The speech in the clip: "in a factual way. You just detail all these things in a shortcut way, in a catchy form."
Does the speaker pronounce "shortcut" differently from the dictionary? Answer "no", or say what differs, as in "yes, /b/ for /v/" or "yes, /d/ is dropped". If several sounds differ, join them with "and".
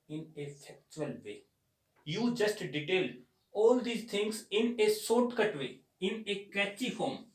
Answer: yes, /s/ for /ʃ/